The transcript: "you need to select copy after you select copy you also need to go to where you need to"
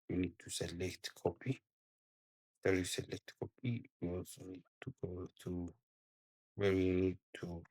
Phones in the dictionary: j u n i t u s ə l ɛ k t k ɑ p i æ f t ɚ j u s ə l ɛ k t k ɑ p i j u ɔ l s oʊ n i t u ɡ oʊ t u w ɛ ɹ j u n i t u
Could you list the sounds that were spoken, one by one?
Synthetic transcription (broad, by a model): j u n i t u s ə l ɛ k t k ɑ p i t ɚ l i s ə l ɛ k t k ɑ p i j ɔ s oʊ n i t u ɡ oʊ t u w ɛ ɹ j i n i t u